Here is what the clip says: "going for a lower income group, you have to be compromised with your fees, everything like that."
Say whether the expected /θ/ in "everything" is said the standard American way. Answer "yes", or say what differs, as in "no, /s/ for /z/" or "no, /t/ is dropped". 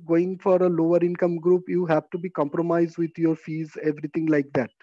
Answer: no, /t/ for /θ/